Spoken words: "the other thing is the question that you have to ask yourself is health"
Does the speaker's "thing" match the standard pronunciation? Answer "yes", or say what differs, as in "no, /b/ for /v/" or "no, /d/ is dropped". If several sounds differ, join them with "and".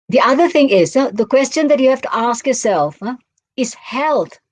yes